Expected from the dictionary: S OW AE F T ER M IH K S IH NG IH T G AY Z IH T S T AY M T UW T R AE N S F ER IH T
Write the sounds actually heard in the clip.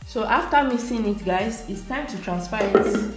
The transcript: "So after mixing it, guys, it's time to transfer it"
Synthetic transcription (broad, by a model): S OW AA F T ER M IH S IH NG IH T G AY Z IH T S T AY M T UW T R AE N S P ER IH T